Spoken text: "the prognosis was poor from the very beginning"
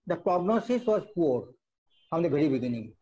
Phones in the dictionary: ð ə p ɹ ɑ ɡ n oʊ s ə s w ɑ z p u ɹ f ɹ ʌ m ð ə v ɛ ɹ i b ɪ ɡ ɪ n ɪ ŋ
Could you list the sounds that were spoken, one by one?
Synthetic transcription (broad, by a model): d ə p ɹ ɑ ɡ n oʊ s ə s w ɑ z p u ɹ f ɹ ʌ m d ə b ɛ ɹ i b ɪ ɡ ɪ n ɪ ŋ